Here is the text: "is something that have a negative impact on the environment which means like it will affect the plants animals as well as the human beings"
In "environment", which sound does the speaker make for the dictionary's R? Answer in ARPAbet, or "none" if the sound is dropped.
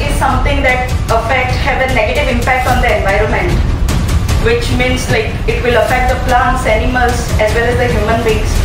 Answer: R